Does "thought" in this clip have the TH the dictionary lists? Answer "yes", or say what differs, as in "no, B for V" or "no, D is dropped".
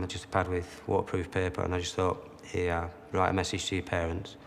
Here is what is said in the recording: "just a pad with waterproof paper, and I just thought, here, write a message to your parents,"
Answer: yes